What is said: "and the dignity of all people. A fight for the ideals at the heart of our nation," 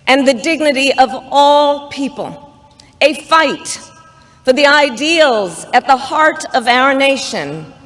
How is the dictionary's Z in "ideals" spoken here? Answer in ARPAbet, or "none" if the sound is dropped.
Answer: Z